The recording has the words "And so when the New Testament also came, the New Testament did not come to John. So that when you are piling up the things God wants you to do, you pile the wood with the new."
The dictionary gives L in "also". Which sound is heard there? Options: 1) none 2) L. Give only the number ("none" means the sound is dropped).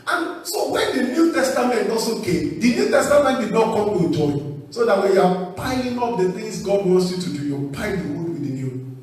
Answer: 1